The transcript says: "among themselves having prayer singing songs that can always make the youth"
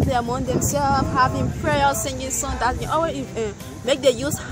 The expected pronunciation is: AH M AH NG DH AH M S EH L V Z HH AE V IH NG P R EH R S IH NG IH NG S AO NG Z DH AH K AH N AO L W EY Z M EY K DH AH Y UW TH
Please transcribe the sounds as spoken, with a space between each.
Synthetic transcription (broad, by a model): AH M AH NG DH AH M S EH L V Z HH AE V IH NG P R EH L S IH NG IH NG S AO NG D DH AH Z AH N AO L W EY M EY K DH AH Y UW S